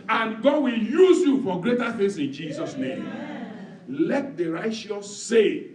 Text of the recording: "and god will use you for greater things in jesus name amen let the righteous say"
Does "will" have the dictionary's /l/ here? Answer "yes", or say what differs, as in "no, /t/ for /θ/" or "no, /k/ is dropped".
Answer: yes